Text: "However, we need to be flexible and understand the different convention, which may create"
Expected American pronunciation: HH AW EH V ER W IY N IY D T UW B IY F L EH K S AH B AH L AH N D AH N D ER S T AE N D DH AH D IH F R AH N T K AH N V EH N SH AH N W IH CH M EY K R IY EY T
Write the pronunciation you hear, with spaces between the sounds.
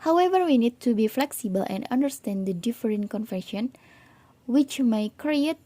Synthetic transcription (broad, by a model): HH AW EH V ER W IY N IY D T UW B IY F L EH K S AH B AH L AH N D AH N D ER S T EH N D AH D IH F R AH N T K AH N F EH SH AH N W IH CH M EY K R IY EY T